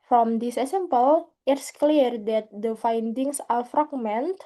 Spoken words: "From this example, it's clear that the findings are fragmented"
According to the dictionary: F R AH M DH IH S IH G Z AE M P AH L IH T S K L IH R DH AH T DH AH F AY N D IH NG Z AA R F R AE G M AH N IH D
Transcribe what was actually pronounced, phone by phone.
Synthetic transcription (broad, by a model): F R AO M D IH S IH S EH M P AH L IH T S K L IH R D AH T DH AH F AY N D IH NG S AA L F R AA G M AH N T